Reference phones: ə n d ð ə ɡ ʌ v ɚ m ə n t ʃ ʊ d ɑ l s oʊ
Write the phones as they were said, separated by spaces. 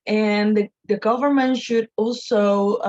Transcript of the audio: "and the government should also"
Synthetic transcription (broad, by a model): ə n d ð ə ɡ ʌ v ɚ m ə n t ʃ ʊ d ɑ l s oʊ